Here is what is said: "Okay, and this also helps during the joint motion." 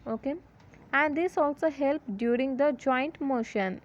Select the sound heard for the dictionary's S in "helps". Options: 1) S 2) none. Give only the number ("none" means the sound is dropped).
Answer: 2